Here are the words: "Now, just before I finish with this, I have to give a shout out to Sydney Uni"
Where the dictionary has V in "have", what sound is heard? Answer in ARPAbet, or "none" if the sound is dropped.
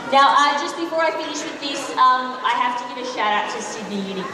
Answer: F